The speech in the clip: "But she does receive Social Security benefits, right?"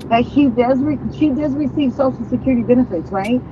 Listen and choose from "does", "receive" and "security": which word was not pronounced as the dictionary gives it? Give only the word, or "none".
none